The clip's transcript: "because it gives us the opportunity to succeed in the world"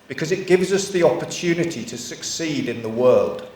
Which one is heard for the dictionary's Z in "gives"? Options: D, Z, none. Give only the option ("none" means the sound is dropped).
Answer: Z